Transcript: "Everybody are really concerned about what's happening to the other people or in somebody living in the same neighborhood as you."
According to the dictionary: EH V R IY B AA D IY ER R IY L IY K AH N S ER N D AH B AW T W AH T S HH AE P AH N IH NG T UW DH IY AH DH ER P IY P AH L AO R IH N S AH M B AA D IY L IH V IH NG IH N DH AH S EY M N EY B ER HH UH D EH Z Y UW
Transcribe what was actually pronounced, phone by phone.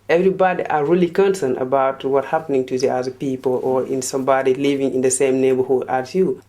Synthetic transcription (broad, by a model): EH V R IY B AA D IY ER R IY L IY K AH N S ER N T AH B AW T W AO T HH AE P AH N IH NG T UW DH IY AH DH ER P IY P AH L AO R IH N S AH M B AA D IY L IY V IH NG IH N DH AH S EY M N EY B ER HH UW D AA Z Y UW